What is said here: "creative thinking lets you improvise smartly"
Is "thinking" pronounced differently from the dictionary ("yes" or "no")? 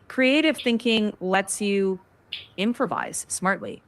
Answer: no